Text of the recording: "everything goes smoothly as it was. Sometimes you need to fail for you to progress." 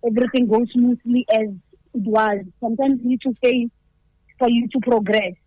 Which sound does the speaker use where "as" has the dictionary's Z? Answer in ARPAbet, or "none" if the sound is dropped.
Z